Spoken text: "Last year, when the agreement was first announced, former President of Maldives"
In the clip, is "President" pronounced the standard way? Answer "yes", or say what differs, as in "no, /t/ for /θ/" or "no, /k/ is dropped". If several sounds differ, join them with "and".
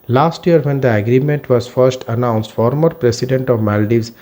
no, /s/ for /z/